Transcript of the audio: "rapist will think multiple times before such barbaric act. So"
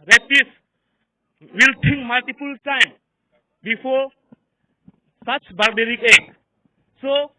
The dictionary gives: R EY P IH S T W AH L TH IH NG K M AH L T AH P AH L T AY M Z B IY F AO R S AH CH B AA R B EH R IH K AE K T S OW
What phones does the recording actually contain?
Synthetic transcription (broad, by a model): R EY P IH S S W AH L T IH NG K M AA L T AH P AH L T AY M B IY F AO S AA CH B AA R B EH R IH K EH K S OW